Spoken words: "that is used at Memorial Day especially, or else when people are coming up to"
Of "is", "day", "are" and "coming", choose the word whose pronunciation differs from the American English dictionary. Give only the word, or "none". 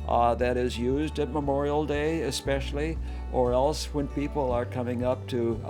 none